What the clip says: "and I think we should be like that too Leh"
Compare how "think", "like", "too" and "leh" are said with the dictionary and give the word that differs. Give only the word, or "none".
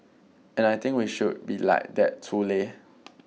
think